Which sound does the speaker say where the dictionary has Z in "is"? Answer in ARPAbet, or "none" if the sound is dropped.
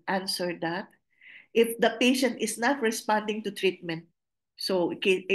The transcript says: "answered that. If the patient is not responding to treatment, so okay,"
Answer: S